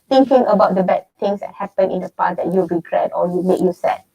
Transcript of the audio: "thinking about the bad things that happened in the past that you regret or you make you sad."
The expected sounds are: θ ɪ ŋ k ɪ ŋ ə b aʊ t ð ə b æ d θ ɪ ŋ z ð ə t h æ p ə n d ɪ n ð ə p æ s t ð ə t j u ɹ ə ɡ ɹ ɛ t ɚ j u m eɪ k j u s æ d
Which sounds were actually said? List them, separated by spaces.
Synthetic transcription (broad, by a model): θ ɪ ŋ k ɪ ŋ ə b aʊ t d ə b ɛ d t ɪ ŋ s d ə t h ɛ p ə n ɪ n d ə p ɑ t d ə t j u ɹ ə ɡ ɹ ɛ t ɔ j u m eɪ k j u s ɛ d